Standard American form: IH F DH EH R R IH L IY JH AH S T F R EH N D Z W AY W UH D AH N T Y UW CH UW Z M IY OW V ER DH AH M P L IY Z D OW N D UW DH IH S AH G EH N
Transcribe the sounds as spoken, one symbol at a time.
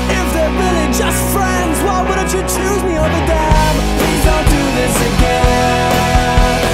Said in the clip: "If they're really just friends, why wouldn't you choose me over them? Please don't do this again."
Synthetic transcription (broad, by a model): IH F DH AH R R IH L IY JH AH S T F R EH N D Z W AY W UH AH T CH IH CH UW Z M IY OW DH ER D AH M P L IY Z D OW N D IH DH IH S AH G EH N